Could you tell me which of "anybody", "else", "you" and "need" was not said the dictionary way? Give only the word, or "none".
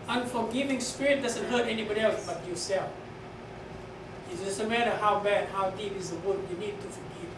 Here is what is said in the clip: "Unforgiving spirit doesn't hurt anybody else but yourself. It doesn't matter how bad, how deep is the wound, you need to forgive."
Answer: none